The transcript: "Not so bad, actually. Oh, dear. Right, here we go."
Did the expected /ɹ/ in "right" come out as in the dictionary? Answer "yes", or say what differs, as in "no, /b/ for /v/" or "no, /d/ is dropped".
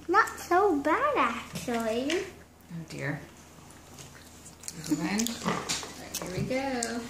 no, /l/ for /ɹ/